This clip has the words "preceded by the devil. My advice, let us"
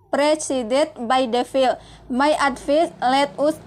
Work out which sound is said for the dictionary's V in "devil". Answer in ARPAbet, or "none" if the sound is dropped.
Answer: F